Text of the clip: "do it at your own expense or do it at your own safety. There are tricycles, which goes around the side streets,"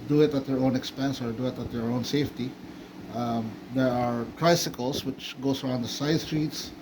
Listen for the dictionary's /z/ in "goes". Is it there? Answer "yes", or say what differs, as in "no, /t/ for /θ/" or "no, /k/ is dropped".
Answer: no, /s/ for /z/